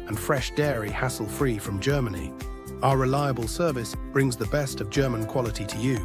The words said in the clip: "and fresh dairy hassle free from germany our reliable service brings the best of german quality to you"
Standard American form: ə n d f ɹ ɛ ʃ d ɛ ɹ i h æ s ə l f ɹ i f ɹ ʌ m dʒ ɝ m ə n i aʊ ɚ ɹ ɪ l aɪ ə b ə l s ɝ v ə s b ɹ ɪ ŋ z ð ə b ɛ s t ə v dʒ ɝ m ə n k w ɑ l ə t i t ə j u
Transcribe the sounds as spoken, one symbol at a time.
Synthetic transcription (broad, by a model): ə n f ɹ ɛ ʃ d ɛ ɹ i h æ s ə l f ɹ i f ɹ ʌ m dʒ ɝ m ə n i aʊ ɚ ɹ ɪ l aɪ ə b ə l s ɝ v ə s b ɹ ɪ ŋ z ð ə b ɛ s t ə v dʒ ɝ m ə n k w ɑ l ə t i t ə j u